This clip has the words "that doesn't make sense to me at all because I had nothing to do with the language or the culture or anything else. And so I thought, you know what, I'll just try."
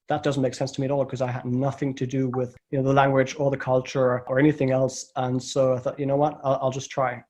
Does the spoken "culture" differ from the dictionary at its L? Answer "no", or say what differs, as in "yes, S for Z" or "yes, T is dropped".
no